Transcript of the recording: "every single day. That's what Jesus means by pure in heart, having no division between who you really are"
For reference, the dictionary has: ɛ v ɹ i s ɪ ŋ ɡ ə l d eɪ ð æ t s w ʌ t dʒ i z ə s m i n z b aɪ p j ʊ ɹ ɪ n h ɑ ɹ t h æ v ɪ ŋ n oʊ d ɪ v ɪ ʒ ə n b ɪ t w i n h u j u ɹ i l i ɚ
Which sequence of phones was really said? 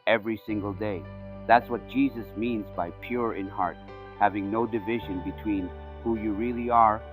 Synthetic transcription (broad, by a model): ɛ v ɹ i s ɪ ŋ ɡ ə l d eɪ ð æ t s w ʌ t dʒ i z ə s m i n z b aɪ p j ʊ ɹ ɪ n h ɑ ɹ t h æ v ɪ ŋ n oʊ d ɪ v ɪ ʒ ə n b ɪ t w i n h u j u ɹ i l i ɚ